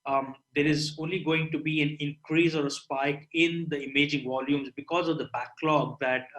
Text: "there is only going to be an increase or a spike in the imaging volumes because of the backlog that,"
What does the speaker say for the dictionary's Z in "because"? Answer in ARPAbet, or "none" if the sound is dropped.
Z